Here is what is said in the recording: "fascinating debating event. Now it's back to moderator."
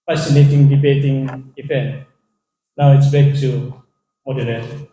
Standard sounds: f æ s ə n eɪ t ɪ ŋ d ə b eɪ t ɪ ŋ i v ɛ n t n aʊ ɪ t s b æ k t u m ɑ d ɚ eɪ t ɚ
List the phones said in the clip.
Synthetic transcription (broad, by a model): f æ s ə n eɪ t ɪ ŋ d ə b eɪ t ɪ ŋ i f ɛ n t n aʊ ɪ t s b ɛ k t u m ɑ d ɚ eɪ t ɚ